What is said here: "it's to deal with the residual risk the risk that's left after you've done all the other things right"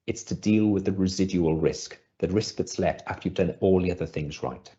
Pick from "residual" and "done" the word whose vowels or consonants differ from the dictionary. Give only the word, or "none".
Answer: none